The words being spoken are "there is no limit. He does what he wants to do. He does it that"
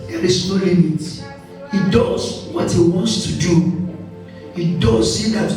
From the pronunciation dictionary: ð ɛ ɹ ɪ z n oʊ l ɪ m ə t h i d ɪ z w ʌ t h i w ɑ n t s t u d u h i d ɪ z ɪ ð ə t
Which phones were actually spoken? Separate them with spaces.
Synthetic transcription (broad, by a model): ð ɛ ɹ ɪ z n oʊ l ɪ m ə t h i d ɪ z w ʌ t h i w ɑ n t s t u d u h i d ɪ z ɪ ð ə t